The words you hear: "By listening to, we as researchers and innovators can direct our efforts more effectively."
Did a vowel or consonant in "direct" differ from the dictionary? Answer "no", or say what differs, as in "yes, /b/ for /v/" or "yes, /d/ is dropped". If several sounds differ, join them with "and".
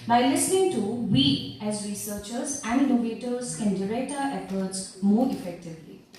yes, /k/ is dropped